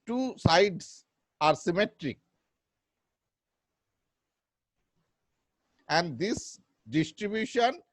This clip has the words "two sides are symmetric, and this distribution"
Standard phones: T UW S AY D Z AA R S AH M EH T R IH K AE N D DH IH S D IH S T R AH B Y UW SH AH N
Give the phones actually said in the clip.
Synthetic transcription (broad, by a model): T UW S AY D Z AA R S AH M EH T R IH K AE N D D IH S D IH S T R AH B Y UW SH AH N